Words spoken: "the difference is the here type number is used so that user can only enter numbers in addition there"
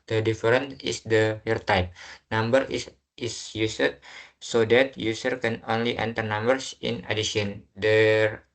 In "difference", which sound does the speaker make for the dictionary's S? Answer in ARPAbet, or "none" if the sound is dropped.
none